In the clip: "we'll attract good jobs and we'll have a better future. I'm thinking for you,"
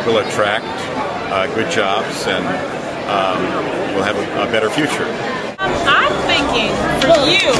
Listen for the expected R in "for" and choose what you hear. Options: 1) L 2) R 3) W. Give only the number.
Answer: 1